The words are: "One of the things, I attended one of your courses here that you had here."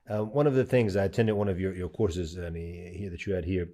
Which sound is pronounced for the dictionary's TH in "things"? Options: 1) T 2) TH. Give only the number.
2